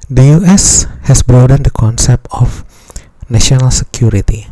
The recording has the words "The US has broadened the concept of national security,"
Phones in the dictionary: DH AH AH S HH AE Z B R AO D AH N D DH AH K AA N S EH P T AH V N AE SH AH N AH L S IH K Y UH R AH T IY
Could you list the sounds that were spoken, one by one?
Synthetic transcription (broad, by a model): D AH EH S HH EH S B R AO D AH N D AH K AA N S EH P T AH F N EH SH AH N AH L S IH K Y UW R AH T IY